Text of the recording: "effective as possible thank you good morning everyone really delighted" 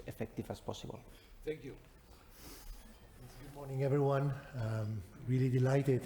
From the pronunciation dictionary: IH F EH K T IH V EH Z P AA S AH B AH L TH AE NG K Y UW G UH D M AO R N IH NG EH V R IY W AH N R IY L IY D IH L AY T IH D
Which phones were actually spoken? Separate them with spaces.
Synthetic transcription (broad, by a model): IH F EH K T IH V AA S P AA S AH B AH L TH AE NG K Y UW G UH D M AO R N IH NG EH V R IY W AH N R IY L IY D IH L AY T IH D